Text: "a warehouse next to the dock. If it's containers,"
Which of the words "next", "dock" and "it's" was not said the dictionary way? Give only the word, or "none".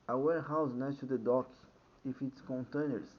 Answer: next